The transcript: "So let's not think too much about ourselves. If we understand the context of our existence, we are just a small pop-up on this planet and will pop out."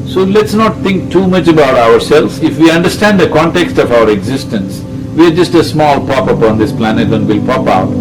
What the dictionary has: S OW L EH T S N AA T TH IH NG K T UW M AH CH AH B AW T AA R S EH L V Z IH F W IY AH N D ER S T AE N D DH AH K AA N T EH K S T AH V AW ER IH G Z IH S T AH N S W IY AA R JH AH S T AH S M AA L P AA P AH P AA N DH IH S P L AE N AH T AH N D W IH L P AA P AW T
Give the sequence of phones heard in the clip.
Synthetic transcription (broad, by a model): S OW L EH T S N AA T T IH NG K T UW M AH CH AH B AW T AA R S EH L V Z IH F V IY AH N D ER S T AE N D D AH K AA N T EH K S T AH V AW ER IH G Z IH S T AH N S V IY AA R JH AH S T AH S M AA L P AA P AH P AA N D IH S P L AE N AH T AH N D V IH L P AA P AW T